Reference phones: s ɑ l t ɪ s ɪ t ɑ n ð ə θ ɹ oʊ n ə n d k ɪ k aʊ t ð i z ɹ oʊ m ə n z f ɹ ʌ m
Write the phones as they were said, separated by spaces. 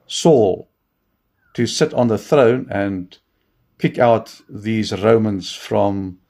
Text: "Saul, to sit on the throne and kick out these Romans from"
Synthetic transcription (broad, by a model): s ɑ l t ɪ s ɪ t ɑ n ð ə θ ɹ oʊ n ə n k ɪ k aʊ t ð i z ɹ oʊ m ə n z f ɹ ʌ m